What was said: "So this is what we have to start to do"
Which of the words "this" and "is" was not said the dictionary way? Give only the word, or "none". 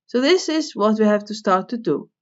none